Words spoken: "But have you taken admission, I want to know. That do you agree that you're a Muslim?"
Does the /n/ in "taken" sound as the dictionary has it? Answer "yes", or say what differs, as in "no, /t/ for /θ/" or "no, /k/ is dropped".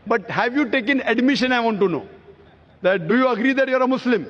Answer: yes